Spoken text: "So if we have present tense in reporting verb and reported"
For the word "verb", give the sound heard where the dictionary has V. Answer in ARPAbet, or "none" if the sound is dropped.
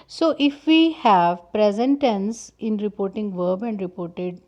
V